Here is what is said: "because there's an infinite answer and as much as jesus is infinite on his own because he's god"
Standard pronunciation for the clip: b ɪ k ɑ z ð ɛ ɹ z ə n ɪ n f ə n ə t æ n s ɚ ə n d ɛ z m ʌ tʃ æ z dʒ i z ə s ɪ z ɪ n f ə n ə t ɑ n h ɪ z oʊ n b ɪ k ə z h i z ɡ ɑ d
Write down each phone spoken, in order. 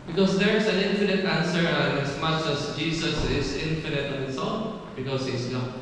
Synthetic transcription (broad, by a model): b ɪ k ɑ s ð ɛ ɹ s ə n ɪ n f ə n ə t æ n s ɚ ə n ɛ s m ʌ tʃ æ s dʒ i s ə s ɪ s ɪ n f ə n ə t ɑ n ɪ s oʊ l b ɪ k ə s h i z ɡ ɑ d